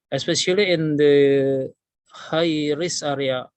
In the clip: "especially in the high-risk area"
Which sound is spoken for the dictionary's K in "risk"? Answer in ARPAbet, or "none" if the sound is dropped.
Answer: none